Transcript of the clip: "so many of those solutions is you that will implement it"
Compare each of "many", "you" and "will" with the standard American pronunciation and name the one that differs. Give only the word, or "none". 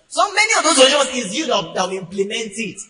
will